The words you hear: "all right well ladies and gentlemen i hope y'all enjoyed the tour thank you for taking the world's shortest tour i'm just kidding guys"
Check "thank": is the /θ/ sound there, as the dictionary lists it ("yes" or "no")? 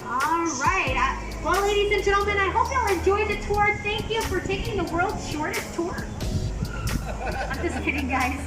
yes